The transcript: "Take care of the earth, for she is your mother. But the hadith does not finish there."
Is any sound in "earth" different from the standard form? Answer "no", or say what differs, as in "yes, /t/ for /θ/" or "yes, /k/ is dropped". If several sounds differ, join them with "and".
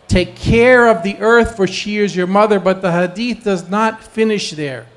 no